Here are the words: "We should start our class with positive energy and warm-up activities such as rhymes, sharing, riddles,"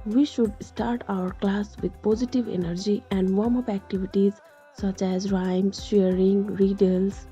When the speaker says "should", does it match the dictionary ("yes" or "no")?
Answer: yes